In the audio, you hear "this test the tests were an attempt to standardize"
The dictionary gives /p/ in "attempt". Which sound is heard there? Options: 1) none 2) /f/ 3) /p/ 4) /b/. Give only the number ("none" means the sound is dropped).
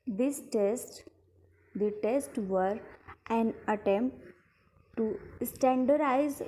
3